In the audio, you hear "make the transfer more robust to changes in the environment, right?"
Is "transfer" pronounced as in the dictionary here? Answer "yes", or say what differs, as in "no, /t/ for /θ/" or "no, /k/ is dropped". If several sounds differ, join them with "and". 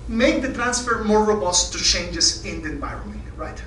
yes